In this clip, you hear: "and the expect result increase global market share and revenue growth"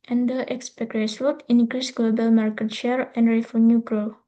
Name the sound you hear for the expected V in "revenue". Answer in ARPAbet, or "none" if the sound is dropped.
F